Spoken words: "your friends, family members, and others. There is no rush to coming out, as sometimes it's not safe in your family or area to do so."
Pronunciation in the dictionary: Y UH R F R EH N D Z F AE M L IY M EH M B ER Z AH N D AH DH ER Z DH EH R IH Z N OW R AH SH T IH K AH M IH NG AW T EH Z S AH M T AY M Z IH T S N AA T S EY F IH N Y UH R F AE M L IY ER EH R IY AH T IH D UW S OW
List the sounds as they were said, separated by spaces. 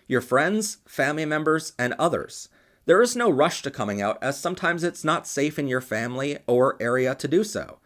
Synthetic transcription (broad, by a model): Y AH R F R EH N D Z F AE M L IY M EH M B ER Z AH N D AH DH ER Z DH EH R IH Z N OW R AH SH T IH K AH M IH NG AW T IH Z S AH M T AY M Z IH T S N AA T S EY F IH N Y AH R F AE M L IY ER EH R IY AH T IH D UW S OW